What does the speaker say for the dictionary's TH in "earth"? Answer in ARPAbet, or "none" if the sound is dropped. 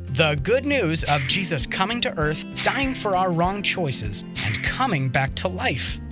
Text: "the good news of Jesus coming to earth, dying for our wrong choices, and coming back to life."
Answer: TH